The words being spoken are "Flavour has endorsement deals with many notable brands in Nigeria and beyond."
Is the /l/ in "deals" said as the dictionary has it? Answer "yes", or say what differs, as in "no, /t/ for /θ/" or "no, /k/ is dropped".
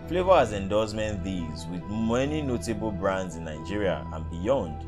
no, /l/ is dropped